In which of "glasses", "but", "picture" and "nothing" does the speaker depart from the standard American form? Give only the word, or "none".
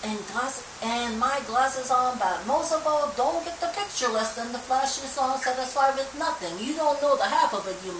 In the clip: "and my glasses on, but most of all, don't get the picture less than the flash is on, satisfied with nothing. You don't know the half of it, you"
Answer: none